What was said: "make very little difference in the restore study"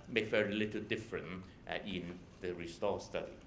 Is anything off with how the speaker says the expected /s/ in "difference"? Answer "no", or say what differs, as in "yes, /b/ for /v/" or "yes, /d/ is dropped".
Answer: yes, /s/ is dropped